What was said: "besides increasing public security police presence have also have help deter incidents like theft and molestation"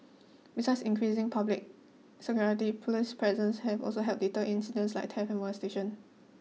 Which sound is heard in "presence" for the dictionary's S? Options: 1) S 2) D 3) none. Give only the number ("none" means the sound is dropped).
1